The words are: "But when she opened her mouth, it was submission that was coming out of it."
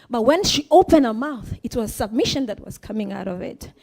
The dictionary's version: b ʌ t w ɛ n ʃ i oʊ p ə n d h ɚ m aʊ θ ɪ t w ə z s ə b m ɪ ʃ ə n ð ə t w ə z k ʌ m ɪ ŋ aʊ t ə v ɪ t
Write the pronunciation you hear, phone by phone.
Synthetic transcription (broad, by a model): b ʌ t w ɛ n ʃ i oʊ p ə n d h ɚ m aʊ θ ɪ t w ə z s ə b m ɪ ʃ ə n ð ə t w ə z k ʌ m ɪ ŋ aʊ t ə v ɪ t